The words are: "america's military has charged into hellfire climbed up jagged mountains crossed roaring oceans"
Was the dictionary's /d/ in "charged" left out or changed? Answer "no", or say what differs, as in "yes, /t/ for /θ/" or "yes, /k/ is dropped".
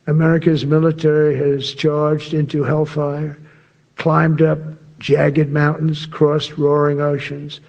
no